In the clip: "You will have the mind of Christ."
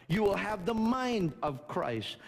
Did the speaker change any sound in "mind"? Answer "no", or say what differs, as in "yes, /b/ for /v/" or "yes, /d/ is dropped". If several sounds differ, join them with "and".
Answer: no